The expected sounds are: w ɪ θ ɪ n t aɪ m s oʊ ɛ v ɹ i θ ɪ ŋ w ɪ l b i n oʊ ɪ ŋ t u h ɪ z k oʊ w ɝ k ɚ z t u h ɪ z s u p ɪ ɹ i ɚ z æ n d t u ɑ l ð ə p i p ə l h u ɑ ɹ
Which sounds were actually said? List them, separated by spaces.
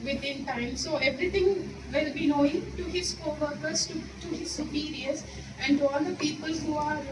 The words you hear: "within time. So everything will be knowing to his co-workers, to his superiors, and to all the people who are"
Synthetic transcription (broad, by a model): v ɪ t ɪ n t aɪ m s oʊ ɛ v ɹ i t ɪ ŋ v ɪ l b i n oʊ ɪ ŋ t u h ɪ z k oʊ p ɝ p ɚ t t u h ɪ z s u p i ɹ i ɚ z æ n d t u ɑ l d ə p i p ə l h u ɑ ɹ